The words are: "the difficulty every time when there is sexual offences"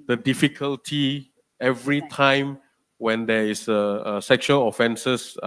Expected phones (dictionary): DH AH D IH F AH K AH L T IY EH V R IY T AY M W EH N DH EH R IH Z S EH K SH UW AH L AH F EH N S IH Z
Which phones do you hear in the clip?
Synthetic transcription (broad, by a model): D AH D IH F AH K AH L T IY EH V R IY T AY M W EH N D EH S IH S EH K SH UW AH L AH F EH N S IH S